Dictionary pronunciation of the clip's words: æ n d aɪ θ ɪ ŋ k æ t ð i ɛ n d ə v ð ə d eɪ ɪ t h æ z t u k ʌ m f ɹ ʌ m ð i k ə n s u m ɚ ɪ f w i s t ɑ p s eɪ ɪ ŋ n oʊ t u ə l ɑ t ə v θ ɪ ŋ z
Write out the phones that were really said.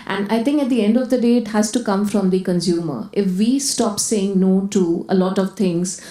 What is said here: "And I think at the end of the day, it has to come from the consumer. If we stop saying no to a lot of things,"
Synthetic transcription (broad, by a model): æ n d aɪ t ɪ ŋ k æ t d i ɛ n d ə v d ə d eɪ ɪ t h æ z t u k ʌ m f ɹ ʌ m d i k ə n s u m ɚ ɪ f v i s t ɑ p s eɪ ɪ ŋ n oʊ t u ə l ɑ t ə v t ɪ ŋ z